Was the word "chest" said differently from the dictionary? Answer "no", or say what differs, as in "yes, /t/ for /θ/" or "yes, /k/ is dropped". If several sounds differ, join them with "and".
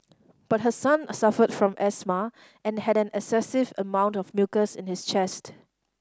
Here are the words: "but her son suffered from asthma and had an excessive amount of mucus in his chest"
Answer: no